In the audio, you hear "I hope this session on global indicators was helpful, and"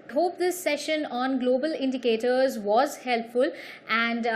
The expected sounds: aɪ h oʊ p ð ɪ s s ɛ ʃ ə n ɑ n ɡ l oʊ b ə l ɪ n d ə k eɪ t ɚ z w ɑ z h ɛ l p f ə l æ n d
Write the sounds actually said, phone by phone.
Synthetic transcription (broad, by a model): h oʊ p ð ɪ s s ɛ ʃ ə n ɑ n ɡ l oʊ b ə l ɪ n d ə k eɪ t ɚ z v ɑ z h ɛ l p f ə l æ n d